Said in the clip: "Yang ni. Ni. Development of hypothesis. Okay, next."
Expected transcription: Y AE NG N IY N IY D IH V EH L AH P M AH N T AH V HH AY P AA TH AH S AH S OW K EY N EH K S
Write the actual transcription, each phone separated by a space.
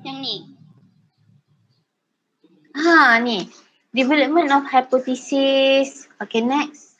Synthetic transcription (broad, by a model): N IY N IY D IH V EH L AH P M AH N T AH F HH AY P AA T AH S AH S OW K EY N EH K S